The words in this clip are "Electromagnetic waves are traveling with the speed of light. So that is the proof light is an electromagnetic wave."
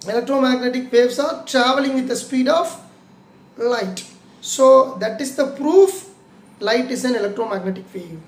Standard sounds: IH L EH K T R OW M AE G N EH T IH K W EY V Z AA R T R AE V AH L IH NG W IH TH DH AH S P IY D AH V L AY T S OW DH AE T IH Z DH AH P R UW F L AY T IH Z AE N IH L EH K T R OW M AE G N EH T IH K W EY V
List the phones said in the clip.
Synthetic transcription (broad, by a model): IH L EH K T R OW M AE G N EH T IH K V EY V S AA R T R AE V AH L IH NG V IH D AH S P IY D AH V L AY T S OW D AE T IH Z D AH P R UW F L AY T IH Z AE N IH L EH K T R OW M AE G N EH T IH K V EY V